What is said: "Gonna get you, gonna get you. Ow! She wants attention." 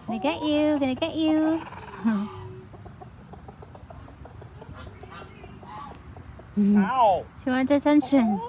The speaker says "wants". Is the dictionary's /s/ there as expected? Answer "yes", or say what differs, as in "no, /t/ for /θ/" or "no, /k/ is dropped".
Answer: no, /s/ is dropped